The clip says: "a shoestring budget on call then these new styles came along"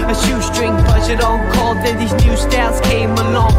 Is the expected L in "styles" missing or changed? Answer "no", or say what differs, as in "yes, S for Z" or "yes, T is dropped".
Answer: yes, L is dropped